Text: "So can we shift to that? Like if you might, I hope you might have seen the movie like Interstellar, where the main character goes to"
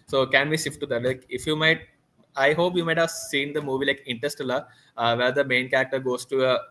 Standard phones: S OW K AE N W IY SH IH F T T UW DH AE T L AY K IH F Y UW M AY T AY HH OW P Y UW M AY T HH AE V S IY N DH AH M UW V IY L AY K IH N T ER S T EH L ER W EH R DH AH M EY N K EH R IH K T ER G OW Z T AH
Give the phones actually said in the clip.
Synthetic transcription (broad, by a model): S OW K AE N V IY S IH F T T UW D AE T L AY K IH F Y UW M AY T AY HH OW P Y UW M AY T HH AE V S IY N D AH M UW V IY L AY K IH N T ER S T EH L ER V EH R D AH M EY N K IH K T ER G OW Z T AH